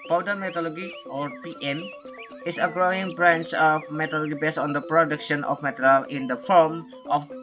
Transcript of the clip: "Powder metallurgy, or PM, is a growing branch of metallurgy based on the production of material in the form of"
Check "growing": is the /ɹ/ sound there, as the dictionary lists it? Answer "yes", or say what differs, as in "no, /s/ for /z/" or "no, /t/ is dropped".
yes